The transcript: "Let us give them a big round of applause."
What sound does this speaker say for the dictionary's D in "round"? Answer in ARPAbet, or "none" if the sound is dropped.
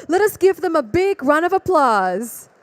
none